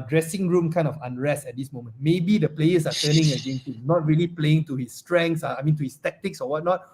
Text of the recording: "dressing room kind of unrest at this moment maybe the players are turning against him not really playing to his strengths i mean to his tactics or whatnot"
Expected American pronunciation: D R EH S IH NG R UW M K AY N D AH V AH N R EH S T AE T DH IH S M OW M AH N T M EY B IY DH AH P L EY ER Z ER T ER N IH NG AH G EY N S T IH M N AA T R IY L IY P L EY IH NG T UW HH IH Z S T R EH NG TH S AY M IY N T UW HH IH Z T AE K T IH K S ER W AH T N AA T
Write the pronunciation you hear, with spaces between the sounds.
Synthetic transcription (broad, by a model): D R EH S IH NG R UW M K AY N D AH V AH N R EH S T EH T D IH S M OW M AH N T M EY B IY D AH P L EY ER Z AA T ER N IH NG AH G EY N T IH N AA T R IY L IY P L EY IH NG T UW HH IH S T R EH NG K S AY M IY N T UW HH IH S T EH K T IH K S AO W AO T N AA T